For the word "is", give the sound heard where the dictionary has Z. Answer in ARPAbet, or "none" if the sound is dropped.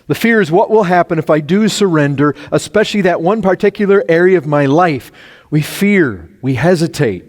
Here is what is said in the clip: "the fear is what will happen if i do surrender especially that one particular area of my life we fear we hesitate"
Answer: Z